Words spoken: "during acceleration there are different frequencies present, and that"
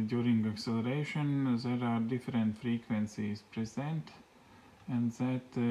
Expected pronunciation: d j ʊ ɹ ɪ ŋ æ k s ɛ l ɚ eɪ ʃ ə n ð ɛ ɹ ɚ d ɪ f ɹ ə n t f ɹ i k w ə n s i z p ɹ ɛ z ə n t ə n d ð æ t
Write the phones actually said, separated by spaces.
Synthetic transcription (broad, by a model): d j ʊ ɹ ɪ ŋ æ k s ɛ l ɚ eɪ ʃ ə n ð ɛ ɹ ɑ d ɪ f ɹ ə n t f ɹ i k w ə n s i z p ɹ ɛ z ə n t ə n d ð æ t